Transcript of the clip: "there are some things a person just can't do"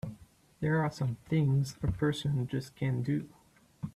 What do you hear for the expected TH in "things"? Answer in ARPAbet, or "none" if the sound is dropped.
TH